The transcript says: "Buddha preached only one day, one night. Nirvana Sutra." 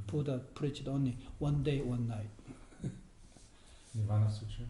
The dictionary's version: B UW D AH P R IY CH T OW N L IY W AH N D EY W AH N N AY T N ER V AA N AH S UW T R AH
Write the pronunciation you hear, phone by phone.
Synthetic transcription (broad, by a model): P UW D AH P R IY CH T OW N IY W AH N D EY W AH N N AY T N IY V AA N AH S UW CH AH